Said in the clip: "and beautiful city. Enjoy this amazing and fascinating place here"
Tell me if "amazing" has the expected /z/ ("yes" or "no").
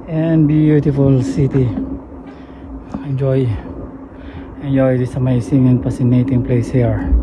no